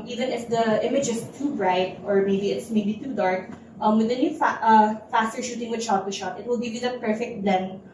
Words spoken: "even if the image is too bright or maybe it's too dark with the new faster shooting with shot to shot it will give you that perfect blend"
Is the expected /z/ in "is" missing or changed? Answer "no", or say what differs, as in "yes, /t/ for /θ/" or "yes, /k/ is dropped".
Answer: yes, /s/ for /z/